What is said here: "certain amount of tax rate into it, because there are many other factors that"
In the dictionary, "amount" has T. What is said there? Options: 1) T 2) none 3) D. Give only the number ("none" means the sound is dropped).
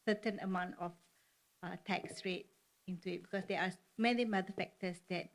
1